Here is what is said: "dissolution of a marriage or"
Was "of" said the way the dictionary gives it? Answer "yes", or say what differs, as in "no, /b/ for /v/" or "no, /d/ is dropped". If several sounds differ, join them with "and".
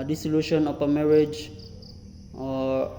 no, /p/ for /v/